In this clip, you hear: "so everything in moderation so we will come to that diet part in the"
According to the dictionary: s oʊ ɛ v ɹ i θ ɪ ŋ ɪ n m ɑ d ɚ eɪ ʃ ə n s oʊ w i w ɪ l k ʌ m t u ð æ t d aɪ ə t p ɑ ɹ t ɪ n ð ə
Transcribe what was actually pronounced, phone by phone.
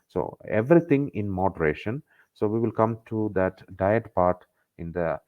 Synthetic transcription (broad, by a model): s oʊ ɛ v ɹ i t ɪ ŋ ɪ n m ɑ d ɚ eɪ ʃ ə n s oʊ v i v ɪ l k ʌ m t u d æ t d aɪ ə t p ɑ ɹ t ɪ n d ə